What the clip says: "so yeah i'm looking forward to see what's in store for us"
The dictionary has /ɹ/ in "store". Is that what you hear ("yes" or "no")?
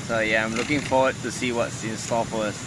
no